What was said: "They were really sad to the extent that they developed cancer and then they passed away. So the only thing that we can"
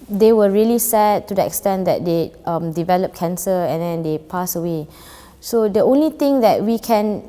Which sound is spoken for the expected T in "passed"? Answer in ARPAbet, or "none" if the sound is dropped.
none